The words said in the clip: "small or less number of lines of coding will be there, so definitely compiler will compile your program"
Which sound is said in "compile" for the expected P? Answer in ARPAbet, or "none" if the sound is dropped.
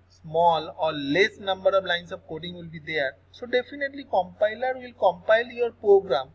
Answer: P